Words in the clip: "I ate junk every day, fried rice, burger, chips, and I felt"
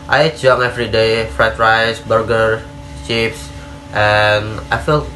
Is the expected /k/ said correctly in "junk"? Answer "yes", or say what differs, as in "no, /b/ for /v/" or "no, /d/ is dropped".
no, /k/ is dropped